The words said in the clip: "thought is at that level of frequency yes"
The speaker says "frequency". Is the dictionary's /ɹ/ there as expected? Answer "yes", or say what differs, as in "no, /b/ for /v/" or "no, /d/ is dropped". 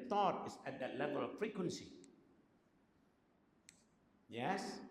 yes